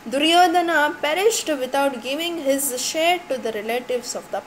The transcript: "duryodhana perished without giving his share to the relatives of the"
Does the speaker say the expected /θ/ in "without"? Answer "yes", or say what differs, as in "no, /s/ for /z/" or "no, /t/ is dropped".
no, /t/ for /θ/